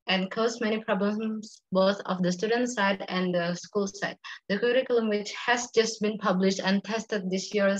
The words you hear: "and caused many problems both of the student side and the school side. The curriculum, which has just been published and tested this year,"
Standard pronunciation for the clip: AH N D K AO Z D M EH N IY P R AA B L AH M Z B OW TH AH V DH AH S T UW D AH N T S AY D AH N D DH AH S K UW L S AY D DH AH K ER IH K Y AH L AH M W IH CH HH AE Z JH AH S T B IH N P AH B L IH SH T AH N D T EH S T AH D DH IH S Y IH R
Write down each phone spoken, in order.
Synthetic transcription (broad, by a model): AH N K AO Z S M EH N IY P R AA B L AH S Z B OW TH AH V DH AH S T UW D AH N T S AY D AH N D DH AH S K UW L S AY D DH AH K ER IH K Y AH L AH M W IH CH HH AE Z JH AH S T B IH N P AH B L IH SH T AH N T EH S T AH D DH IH S Y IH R